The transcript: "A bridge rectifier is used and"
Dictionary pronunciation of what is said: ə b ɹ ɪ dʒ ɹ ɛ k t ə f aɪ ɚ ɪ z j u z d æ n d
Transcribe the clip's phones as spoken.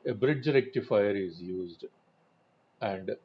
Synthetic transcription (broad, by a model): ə b ɹ ɪ dʒ ɹ ɛ k t ə f aɪ ɚ ɪ z j u z d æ n d